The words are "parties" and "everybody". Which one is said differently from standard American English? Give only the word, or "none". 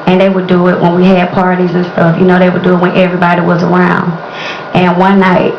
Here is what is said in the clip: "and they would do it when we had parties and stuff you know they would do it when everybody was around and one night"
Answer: none